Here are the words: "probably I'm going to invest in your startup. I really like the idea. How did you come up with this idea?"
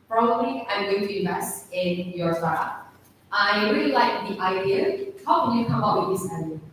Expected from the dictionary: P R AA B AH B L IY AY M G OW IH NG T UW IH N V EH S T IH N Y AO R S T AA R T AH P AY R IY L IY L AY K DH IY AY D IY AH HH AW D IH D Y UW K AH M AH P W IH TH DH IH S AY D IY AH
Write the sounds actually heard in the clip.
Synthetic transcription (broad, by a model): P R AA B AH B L IY AY M G OW IH NG T UW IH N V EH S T IH N Y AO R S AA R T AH AY R IY L IY L AY K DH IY AY D IY AH HH AW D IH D Y UW K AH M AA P W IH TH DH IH S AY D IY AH